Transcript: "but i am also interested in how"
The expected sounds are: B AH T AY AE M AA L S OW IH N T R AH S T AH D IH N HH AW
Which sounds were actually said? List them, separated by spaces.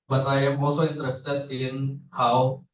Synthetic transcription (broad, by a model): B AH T AY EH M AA S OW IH N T R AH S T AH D IH N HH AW